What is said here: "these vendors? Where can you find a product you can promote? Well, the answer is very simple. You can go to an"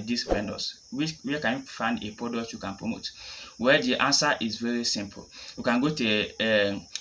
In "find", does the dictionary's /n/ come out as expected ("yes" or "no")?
yes